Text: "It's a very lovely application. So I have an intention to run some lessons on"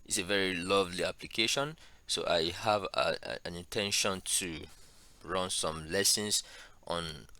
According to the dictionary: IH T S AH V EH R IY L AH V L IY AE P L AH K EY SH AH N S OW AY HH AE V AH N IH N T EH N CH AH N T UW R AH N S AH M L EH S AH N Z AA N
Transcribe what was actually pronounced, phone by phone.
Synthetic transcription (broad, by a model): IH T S AH V EH R IY L AH V L IY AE P L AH K EY SH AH N S OW AY HH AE V AH N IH N T EH N SH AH N T UW R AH N S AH M L EH S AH N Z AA N